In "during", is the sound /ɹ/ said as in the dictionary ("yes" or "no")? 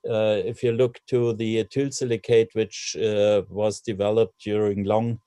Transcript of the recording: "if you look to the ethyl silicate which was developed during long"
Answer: yes